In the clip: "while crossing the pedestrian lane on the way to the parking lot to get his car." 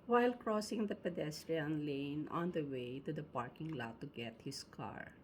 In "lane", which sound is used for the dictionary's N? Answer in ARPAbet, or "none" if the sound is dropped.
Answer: N